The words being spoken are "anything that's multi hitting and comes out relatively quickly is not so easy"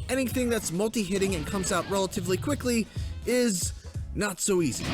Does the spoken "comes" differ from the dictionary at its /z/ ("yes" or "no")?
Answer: no